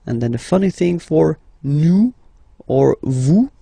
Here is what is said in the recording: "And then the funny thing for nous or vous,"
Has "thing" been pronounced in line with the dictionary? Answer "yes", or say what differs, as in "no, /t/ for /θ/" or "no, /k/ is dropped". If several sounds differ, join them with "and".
yes